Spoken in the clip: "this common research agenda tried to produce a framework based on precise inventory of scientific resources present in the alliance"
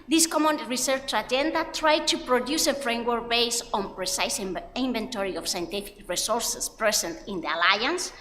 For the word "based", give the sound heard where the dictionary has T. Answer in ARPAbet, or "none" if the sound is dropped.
none